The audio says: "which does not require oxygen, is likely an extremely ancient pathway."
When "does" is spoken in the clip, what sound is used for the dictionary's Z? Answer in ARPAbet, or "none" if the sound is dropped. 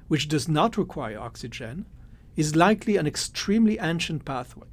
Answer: Z